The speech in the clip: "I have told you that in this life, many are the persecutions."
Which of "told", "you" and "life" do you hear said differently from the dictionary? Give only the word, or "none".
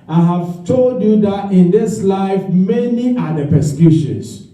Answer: none